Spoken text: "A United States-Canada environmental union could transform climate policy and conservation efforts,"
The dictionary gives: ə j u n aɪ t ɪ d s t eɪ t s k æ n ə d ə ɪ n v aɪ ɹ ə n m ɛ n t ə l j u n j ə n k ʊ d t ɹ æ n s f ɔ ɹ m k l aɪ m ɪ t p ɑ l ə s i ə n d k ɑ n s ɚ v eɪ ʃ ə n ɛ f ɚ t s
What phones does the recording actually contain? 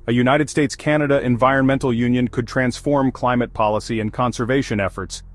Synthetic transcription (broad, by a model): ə j u n aɪ t ɪ d s t eɪ t s k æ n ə d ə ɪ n v aɪ ɹ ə n m ɛ n t l j u n j ə n k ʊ d t ɹ æ n s f ɔ ɹ m k l aɪ m ɪ t p ɑ l ə s i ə n k ɑ n s ɚ v eɪ ʃ ə n ɛ f ɚ t s